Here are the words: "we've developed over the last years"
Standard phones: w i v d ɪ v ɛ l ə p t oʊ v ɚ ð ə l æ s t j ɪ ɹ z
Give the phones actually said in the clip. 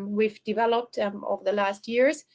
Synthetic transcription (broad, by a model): w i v d ɪ v ɛ l ə p t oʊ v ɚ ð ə l æ s t j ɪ ɹ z